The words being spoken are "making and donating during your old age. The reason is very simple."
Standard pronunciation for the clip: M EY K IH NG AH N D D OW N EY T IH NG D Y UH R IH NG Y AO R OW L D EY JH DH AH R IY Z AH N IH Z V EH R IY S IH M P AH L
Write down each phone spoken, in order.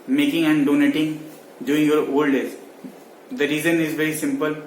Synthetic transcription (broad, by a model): M EY K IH NG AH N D D OW N EY T IH NG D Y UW IH NG Y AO R OW L D EY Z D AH R IY Z AH N IH Z V EH R IY S IH M P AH L